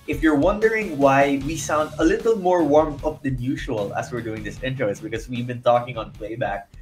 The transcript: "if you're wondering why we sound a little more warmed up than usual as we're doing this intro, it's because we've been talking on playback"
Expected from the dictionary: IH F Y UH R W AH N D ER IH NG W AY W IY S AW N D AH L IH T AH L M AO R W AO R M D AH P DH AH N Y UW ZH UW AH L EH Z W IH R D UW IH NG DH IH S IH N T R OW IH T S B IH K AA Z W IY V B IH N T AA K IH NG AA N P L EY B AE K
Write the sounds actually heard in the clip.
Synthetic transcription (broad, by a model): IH F Y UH R W AH N D ER IH NG W AY W IY S AW N D AH L IH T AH L M AO R W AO R M AH P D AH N Y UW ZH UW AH L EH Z W IH R D UW IH NG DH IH S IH N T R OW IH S B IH K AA S W IY V B IH N T AA K IH NG AA N P L EY B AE K